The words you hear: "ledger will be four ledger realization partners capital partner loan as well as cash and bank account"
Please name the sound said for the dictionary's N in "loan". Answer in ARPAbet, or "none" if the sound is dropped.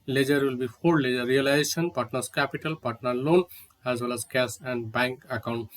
N